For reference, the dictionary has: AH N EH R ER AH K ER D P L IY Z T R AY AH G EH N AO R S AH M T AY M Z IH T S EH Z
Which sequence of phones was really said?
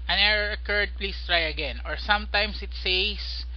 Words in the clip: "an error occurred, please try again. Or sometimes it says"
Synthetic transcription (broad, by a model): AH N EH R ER AH K ER D P L IY S T R AY AH G EH N AO R S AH M T AY M S IH T S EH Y